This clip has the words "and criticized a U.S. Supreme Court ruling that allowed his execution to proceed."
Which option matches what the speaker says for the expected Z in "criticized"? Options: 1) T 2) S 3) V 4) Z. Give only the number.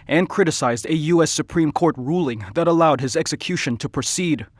4